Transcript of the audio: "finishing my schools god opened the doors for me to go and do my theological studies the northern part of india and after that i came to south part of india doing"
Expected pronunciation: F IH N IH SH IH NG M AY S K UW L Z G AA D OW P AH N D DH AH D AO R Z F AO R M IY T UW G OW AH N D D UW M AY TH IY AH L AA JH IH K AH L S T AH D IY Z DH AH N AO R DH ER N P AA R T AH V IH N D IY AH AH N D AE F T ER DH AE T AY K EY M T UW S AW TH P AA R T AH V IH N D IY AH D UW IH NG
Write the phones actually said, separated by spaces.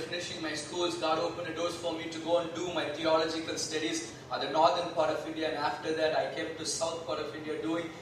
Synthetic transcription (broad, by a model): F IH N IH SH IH NG M AY S K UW L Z G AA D OW P AH N D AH D AO R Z F AO R M IY T UW G OW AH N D D UW M AY T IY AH L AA JH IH K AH L S T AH D IY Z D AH N AO R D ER N P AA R T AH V IH N D IY AH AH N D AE F T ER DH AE T AY K EY M T UW S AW T P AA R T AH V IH N D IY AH D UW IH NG